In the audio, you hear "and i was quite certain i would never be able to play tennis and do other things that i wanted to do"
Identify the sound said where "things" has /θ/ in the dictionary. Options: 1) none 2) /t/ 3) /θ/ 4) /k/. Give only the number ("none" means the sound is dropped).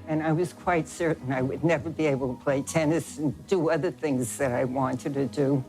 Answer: 3